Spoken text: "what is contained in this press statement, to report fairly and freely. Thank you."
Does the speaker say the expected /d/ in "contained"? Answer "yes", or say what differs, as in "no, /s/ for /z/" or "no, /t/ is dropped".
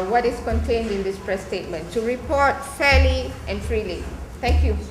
yes